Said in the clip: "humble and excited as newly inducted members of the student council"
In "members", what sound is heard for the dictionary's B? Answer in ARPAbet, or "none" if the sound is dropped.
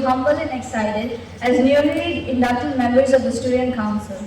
none